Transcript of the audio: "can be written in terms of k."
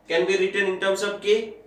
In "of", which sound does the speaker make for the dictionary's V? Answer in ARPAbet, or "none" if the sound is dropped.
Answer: B